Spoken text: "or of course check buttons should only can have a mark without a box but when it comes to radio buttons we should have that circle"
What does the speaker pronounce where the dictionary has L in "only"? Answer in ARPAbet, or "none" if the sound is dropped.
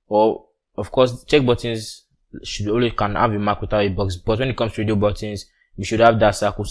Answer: W